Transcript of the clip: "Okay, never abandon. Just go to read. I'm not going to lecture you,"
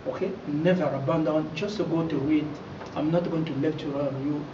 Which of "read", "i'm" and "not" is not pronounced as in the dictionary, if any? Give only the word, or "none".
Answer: read